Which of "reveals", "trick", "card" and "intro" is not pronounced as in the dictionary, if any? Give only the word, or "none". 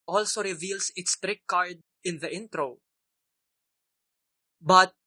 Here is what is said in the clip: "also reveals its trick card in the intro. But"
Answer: reveals